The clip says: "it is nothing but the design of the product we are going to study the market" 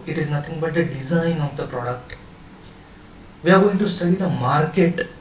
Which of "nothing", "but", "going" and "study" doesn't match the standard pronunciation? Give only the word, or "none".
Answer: nothing